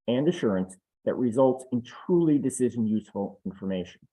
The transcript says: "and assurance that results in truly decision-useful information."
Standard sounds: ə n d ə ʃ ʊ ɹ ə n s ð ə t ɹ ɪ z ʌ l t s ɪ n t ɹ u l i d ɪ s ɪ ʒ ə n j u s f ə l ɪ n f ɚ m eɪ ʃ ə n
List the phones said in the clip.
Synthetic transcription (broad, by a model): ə n d ə ʃ ʊ ɹ ə n s ð ə t ɹ ɪ z ʌ l t s ɪ n t ɹ u l i d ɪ s ɪ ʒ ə n j u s f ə l ɪ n f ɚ m eɪ ʃ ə n